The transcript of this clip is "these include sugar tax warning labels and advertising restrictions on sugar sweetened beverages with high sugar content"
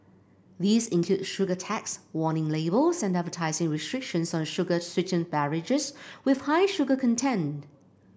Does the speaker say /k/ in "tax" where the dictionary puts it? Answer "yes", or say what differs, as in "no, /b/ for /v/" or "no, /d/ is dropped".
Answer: yes